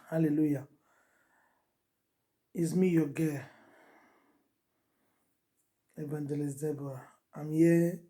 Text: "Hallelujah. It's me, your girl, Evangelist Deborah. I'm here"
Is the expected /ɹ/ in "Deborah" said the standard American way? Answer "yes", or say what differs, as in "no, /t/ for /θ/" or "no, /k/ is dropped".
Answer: no, /ɹ/ is dropped